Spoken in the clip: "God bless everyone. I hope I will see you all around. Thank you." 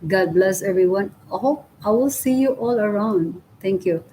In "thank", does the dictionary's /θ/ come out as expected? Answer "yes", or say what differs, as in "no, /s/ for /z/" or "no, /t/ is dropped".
no, /t/ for /θ/